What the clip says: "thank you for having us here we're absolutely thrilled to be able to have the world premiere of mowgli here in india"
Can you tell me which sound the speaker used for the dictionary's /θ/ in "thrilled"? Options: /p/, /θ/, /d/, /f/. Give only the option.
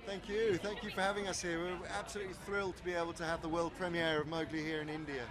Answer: /θ/